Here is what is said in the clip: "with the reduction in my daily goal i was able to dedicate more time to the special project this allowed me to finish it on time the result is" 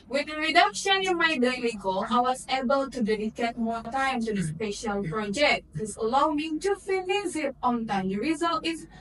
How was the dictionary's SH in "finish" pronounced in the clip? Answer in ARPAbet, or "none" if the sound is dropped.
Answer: S